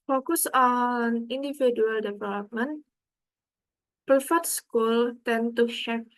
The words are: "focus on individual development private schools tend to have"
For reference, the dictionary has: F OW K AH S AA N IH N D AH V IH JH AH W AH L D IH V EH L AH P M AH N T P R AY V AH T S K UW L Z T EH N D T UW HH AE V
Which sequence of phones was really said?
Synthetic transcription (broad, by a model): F OW K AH S AA N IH N D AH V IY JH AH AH L D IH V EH L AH P M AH N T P R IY F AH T S K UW L T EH N T UW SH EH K